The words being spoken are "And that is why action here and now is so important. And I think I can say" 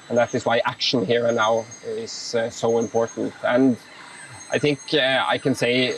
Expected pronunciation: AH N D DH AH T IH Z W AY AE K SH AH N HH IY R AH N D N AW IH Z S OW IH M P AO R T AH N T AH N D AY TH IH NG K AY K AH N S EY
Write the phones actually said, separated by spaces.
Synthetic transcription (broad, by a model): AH N DH AH T IH Z W AY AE K SH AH N HH IY R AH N N AW IH Z S OW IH M P AO R T N T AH N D AY TH IH NG K AY K AH N S EY